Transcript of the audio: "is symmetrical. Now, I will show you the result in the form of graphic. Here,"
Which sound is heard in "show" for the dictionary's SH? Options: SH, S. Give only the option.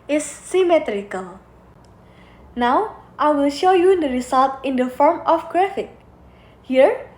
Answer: SH